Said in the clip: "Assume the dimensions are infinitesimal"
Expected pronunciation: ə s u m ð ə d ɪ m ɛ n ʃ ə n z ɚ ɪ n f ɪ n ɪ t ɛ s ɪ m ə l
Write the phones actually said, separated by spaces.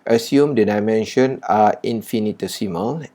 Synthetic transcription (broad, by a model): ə s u m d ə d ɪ m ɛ n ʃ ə n ɑ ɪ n f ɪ n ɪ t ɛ s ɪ m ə l